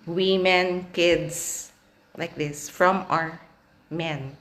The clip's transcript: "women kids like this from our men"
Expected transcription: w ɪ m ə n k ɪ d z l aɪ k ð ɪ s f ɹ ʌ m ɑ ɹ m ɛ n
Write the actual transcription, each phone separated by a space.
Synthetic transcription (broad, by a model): w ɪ m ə n k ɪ d s l aɪ k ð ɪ s f ɹ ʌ m ɑ ɹ m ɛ n